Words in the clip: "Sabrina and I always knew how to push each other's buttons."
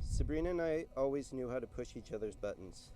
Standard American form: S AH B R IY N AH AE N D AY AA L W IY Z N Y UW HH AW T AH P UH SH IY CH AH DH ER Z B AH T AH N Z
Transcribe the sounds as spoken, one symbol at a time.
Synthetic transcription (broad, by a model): S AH B R IY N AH N AY AA L W IY Z N Y UW HH AW T AH P UH SH IY CH AH DH ER Z B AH T N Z